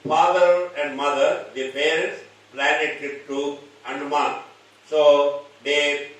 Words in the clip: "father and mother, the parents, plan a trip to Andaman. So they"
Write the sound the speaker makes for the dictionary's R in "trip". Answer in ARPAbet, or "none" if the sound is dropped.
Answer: none